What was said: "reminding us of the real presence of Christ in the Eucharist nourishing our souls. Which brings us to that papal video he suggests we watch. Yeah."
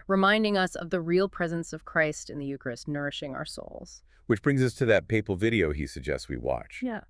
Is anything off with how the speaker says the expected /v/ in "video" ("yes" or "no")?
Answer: no